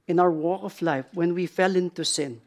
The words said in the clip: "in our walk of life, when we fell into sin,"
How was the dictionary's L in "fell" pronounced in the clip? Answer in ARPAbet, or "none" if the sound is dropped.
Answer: L